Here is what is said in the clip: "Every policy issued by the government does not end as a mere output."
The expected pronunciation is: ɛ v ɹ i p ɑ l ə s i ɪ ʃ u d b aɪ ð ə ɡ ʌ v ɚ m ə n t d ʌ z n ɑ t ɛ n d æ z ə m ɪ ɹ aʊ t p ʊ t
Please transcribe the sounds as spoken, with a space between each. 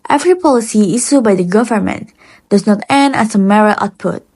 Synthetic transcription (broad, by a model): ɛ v ɹ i p ɑ l ə s i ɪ s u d b aɪ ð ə ɡ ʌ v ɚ m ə n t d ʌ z n ɑ t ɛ n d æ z ə m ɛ ɹ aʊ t p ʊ t